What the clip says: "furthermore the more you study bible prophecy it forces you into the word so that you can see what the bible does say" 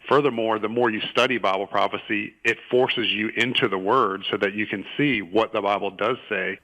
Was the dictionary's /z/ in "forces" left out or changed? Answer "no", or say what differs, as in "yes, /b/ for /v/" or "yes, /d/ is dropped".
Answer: no